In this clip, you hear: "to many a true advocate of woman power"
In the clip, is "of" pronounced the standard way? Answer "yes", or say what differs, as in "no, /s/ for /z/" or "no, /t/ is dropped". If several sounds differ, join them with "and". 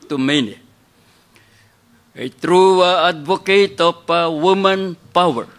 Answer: no, /p/ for /v/